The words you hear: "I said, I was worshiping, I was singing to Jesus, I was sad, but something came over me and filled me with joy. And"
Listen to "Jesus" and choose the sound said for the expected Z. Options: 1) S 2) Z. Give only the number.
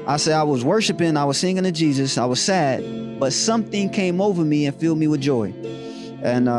2